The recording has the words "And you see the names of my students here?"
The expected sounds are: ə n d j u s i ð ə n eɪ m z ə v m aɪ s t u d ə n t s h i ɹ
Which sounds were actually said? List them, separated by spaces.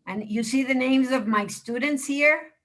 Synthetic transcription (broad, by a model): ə n j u s i ð ə n eɪ m z ə v m aɪ s t u d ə n t s h i ɹ